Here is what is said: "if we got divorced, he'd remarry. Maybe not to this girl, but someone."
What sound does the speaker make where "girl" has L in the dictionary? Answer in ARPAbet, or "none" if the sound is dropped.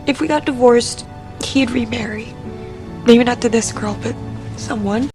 L